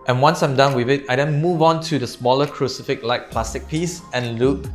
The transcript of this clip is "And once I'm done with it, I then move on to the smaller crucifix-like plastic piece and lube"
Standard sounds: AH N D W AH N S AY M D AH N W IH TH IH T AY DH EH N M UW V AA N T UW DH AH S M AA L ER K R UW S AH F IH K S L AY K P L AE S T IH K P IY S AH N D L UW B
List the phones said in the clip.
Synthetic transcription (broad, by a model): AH N W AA N S AY M D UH N W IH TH IH T AY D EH N M UW V AA N T UW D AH S M AA L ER K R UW S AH F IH K L AY K P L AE S T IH K P IY S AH N L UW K